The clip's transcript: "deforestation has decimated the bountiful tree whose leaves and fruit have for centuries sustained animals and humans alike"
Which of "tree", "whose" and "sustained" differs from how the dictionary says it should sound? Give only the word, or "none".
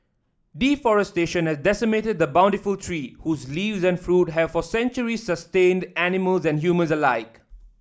none